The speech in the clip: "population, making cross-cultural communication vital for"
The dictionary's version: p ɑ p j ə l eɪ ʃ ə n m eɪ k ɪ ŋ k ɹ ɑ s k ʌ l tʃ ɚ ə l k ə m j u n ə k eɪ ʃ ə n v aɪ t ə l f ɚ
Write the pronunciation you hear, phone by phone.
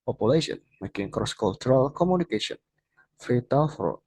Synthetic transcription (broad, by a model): p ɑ p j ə l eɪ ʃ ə n m eɪ k ɪ ŋ k ɹ ɑ s k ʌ l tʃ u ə l k ə m j u n ə k eɪ ʃ ə n f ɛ t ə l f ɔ